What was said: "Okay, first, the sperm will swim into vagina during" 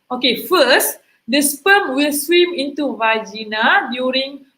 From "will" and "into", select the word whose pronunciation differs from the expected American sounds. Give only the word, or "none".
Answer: none